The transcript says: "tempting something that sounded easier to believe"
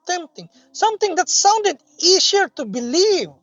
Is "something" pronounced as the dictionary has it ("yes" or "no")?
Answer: no